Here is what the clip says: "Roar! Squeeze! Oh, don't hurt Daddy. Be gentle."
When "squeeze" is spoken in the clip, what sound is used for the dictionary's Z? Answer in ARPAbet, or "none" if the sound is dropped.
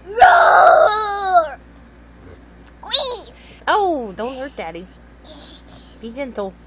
none